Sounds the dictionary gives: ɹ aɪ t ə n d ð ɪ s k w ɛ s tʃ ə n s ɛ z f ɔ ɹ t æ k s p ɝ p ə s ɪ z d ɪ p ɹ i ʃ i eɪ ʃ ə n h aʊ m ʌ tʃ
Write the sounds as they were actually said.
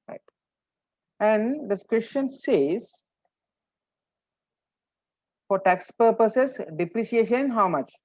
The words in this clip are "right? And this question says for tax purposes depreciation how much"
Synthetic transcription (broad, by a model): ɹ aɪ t ə n d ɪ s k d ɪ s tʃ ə n s ɛ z f ɔ ɹ t æ k s p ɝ p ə s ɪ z d ɪ p ɹ i ʃ i eɪ ʃ ə n h aʊ m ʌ tʃ